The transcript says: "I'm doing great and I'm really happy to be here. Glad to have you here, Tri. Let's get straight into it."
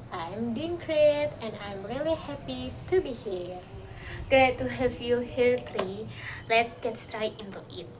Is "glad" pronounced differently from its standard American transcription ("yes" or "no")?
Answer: yes